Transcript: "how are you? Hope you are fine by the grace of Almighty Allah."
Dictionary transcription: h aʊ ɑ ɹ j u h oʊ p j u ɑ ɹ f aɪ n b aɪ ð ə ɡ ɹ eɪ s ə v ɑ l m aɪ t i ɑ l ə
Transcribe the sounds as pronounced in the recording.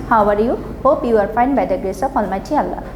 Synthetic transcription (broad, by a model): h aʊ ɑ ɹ j u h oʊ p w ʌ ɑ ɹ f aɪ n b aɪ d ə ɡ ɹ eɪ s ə p ɑ l m aɪ t i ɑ l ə